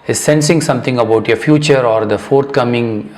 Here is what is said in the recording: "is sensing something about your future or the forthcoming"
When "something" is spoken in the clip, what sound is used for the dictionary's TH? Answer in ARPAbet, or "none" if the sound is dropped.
T